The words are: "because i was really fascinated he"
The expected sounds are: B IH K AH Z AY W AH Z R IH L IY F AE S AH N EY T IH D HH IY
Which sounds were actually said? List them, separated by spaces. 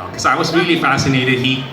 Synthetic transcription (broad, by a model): K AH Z AY W AH Z R IH L IY F AE S AH N EY T IH D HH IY